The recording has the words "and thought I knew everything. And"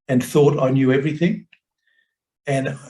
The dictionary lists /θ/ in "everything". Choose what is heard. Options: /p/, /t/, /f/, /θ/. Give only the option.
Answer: /θ/